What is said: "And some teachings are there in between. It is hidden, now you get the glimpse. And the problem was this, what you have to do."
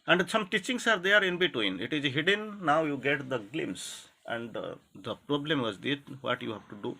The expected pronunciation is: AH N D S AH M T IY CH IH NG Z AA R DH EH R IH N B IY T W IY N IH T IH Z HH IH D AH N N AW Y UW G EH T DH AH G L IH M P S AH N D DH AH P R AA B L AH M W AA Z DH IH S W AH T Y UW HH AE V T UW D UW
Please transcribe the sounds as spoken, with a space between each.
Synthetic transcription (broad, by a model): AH N D S AH M T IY CH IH NG S AA R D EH R IH N B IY T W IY N IH T IH Z HH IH D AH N N AW Y UW G EH T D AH G L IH M S AH N D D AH P R AA B L AH M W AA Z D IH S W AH T Y UW HH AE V T UW D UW